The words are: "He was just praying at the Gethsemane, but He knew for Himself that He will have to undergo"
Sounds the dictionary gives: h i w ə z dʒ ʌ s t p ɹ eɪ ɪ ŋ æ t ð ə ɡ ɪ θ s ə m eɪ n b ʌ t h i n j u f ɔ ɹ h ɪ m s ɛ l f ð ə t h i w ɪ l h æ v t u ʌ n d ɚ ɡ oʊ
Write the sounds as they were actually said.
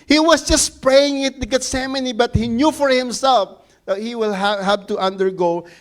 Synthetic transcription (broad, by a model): h i w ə s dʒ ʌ s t p ɹ eɪ ɪ ŋ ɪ t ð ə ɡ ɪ t s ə m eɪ n b ʌ t h i n j u f ɔ ɹ h ɪ m s ɛ l f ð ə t h i w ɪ l h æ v t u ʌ n d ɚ ɡ oʊ